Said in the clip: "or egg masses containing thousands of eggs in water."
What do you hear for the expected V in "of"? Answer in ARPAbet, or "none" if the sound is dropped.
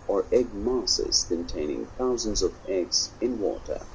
V